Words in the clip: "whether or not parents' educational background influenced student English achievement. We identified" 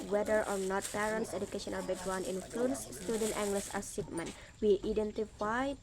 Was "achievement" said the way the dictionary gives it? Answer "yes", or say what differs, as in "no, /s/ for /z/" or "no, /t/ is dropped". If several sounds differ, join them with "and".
no, /s/ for /tʃ/